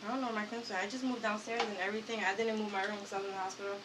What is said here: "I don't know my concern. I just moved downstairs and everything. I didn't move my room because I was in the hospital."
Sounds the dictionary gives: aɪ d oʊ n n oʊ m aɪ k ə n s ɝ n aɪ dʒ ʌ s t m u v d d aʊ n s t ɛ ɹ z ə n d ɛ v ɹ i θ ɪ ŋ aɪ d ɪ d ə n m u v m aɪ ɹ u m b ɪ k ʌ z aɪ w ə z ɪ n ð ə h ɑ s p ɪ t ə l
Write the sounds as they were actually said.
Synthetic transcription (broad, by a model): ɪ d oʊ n n oʊ m aɪ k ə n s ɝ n aɪ dʒ ʌ s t m u v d d aʊ n s t ɛ ɹ z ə n ɛ v ɹ i θ ɪ ŋ aɪ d ɪ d n m u v m aɪ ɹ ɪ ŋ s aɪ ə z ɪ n ð ə h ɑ s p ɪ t l